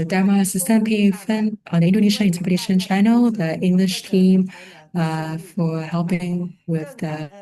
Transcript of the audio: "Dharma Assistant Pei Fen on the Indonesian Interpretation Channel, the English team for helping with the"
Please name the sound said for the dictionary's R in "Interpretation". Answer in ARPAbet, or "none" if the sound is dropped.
none